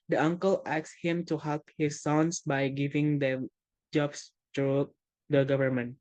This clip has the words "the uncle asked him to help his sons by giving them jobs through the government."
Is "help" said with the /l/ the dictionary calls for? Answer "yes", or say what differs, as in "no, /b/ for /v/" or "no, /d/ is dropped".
yes